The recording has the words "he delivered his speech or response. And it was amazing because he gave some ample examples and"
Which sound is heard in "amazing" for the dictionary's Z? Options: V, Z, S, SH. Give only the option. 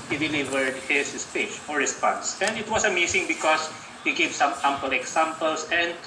S